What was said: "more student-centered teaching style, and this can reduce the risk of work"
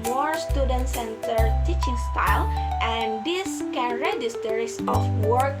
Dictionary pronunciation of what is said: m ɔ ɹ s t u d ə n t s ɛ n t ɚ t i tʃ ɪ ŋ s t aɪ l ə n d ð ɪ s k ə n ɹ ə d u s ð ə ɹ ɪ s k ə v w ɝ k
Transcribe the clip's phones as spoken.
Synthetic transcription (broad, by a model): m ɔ ɹ s t u d ə n t s ɛ n t ɚ t i tʃ ɪ ŋ s t aɪ l ə n d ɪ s k ə n ɹ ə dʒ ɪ s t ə ɹ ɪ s ə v w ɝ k